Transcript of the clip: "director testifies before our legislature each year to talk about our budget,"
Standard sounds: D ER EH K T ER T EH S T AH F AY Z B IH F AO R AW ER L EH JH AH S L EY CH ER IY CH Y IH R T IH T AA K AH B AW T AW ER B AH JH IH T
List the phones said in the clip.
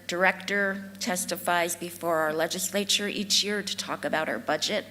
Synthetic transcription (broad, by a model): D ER EH K T ER T EH S T AH F AY Z B IH F AO R AW ER L EH JH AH S L EY CH ER IY CH Y IH R T IH T AA K AH B AW T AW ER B AH JH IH T